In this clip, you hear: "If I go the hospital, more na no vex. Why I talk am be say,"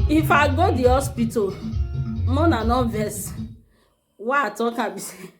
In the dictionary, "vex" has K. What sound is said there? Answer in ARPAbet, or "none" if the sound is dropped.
none